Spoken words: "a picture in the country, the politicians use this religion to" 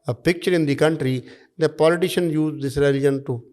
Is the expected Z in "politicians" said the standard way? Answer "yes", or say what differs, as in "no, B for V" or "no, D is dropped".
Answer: no, Z is dropped